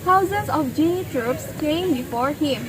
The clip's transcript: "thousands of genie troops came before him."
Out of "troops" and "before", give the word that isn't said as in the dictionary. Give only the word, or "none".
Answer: none